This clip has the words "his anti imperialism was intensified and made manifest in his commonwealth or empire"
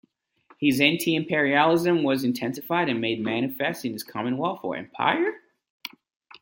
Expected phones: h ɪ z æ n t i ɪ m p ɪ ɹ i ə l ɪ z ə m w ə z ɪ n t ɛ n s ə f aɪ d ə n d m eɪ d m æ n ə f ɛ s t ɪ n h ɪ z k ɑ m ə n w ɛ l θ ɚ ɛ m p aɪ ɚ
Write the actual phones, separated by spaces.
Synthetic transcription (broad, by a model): h ɪ z æ n t i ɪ m p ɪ ɹ i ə l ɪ z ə m w ə z ɪ n t ɛ n s ə f aɪ d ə n m eɪ d m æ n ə f ɛ s t ɪ n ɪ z k ɑ m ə n w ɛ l f ɚ ɛ m p aɪ ɚ